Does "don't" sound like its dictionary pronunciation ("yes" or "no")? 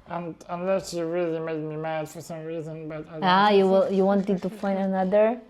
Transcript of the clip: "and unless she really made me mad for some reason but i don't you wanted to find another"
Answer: no